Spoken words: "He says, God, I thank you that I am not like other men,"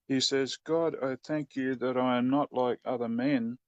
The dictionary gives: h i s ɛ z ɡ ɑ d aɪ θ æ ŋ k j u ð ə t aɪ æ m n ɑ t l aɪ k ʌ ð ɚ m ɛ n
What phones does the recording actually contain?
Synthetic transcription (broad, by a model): h i s ɛ z ɡ ɑ d aɪ θ æ ŋ k j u ð ə t aɪ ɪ m n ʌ t l aɪ k ʌ ð ɚ m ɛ n